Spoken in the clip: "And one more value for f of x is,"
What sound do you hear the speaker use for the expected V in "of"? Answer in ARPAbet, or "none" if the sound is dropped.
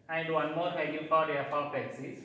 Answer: P